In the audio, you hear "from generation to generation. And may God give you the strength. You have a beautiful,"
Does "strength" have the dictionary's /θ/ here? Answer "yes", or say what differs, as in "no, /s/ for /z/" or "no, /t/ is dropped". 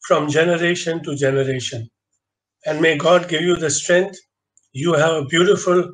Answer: no, /t/ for /θ/